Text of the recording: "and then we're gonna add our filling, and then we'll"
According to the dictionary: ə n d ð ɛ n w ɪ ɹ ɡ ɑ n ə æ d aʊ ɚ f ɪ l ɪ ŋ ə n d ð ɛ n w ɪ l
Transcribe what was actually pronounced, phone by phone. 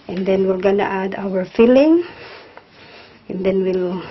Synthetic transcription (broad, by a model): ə n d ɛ n w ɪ l ɡ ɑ n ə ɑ d aʊ ɚ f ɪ l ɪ ŋ ə n d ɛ n w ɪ l